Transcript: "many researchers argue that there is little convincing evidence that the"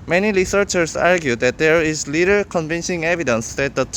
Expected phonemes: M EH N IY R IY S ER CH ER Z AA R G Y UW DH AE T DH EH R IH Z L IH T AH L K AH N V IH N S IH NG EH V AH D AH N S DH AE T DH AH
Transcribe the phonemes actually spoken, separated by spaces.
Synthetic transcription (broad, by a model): M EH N IY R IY S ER CH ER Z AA R G Y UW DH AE T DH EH R IH Z L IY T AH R K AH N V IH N SH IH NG EH V AH D AH N S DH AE T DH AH